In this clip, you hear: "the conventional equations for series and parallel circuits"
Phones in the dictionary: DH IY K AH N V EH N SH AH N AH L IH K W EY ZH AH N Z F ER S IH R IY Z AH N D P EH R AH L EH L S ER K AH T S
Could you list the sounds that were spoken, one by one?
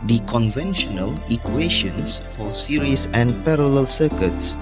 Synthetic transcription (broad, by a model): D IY K AH N V EH N SH AH N AH L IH K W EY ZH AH N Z F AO S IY R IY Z AH N D P EH R AH L EH L S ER K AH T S